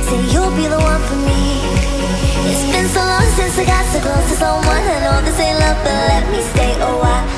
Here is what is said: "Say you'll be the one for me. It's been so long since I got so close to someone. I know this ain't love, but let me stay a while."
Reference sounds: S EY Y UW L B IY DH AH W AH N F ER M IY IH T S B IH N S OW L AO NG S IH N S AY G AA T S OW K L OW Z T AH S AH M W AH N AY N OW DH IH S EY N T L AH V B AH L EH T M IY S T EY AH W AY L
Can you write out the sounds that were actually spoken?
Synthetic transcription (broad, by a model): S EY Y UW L B IY DH AH W AH N F ER M IY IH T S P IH N S OW L AO NG S IH N S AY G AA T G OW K OW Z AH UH W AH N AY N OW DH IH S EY L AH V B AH L EH T M IY S T EY AH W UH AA